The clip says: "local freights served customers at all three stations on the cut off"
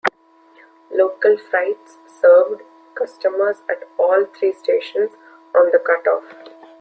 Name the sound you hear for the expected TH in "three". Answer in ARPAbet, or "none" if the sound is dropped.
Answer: T